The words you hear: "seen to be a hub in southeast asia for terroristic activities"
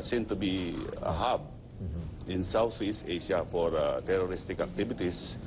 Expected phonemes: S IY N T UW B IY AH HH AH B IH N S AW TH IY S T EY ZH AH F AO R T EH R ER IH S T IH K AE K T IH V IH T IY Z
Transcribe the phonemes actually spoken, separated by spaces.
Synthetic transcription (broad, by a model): S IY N T UW B IY AH HH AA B IH N S AW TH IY S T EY SH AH F AO R T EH R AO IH S T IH K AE K T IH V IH T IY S